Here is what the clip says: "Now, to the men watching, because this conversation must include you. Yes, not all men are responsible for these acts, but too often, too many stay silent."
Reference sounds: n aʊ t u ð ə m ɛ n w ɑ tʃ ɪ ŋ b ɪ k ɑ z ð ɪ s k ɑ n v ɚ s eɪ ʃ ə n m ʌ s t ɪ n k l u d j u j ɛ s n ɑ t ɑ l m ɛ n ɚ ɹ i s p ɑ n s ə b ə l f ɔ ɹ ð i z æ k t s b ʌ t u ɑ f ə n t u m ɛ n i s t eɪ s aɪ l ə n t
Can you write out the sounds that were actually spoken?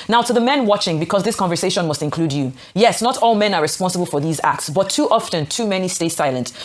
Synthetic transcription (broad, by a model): n aʊ t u ð ə m ɛ n w ɑ tʃ ɪ ŋ b ɪ k ɑ z ð ɪ s k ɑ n v ɚ s eɪ ʃ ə n m ʌ s t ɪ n k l u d j u j ɛ s n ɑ t ɑ l m ɛ n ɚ ɹ i s p ɑ n s ə b ə l f ɔ ɹ ð i z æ k t s b ʌ t u ɑ f ə n t u m ɛ n i s t eɪ s aɪ l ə n t